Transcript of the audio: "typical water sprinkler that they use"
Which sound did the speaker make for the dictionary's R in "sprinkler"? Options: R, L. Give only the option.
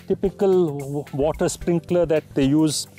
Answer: R